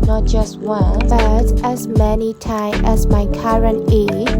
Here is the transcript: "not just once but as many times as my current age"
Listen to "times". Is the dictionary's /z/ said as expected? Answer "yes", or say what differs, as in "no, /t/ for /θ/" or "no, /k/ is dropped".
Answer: no, /z/ is dropped